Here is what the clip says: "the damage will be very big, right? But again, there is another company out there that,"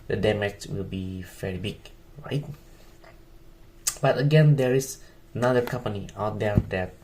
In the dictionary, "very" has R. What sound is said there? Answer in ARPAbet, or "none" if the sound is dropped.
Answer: L